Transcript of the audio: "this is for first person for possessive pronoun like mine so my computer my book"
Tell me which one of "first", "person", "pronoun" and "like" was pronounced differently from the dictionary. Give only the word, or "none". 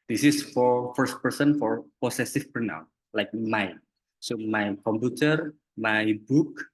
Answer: pronoun